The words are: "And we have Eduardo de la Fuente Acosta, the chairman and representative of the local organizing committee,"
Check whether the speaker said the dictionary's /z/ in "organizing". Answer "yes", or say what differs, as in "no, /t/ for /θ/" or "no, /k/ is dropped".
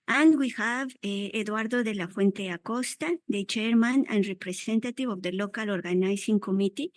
no, /s/ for /z/